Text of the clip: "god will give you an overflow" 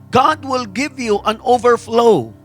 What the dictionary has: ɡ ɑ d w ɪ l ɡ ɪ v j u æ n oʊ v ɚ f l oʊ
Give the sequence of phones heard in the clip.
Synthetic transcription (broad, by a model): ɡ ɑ d w ɪ l ɡ ɪ v j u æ n oʊ v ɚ f l oʊ